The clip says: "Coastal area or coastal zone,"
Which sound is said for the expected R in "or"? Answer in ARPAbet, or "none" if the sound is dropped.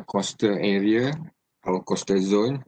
W